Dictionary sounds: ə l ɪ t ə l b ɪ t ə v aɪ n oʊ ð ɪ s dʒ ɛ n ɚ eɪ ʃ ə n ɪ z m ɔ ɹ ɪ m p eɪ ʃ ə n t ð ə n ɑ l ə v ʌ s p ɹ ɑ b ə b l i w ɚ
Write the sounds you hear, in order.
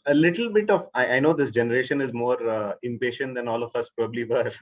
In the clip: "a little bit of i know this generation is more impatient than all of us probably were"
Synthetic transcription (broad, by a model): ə l ɪ t ə l b ɪ t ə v aɪ n oʊ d ɪ s dʒ ɛ n ɚ eɪ ʃ ə n ɪ z m ɔ ɹ ɪ m p eɪ ʃ ə n t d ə n ɑ l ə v ʌ s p ɹ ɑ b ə b l i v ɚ